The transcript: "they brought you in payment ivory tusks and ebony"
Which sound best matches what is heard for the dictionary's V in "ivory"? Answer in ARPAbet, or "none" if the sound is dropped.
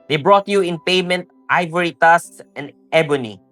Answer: V